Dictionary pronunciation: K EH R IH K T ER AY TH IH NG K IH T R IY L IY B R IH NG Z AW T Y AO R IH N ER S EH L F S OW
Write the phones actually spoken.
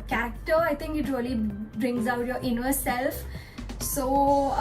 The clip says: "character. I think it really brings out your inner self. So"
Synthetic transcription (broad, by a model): K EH R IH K T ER AY T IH NG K IH T R IY L IY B R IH NG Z AW T Y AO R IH N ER S EH L F S OW